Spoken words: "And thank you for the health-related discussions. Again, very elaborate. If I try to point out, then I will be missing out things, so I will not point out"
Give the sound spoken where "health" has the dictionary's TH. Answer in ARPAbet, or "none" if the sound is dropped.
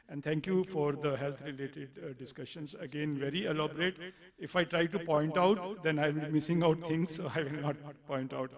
T